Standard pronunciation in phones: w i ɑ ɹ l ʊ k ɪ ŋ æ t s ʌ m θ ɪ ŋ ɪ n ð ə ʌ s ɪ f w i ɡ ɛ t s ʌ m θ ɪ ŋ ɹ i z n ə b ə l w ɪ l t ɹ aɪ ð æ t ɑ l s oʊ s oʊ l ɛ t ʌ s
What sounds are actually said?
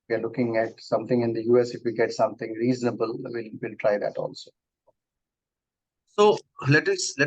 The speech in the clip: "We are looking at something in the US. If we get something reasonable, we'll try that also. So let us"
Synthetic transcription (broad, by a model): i ɑ ɹ l ʊ k ɪ ŋ æ t s ʌ m t ɪ ŋ ɪ n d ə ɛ s ɪ f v i ɡ ɛ t s ʌ m t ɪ ŋ ɹ i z n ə b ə l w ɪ l t ɹ aɪ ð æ t ɑ l s oʊ s oʊ l ɛ t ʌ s